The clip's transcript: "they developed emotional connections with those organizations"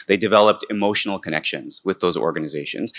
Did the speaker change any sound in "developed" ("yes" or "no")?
no